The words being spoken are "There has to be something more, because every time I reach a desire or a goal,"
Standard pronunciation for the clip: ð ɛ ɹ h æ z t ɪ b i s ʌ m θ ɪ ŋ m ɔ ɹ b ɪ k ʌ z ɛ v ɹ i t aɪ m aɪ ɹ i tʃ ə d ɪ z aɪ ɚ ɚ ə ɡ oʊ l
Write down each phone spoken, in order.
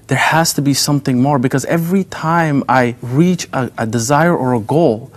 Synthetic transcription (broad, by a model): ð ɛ ɹ h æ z t ɪ b i s ʌ m θ ɪ ŋ m ɔ ɹ b ɪ k ʌ z ɛ v ɹ i t aɪ m aɪ ɹ i tʃ ə d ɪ z aɪ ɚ ɚ ə ɡ oʊ l